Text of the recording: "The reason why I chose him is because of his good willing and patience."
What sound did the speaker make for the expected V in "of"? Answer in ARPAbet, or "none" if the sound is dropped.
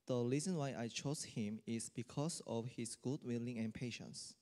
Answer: F